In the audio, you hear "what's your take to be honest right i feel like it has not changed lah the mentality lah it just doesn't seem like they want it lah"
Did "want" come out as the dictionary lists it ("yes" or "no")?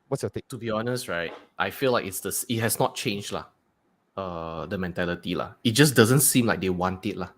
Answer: yes